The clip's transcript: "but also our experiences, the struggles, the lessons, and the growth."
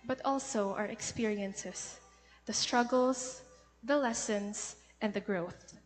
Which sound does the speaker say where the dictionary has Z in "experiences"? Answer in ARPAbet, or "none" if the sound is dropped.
S